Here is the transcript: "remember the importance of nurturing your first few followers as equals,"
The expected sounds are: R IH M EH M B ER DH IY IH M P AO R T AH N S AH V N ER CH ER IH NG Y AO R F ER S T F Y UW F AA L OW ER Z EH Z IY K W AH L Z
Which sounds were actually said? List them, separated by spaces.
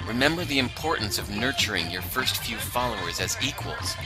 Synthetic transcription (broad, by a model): R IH M EH M B ER DH IY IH M P AO R T N S AH V N ER CH ER IH NG Y AO R F ER S T F Y UW F AA L OW ER Z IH Z IY K W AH L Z